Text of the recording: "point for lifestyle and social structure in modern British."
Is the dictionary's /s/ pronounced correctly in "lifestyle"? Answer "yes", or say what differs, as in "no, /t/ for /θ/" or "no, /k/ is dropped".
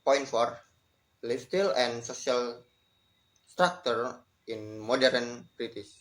no, /s/ is dropped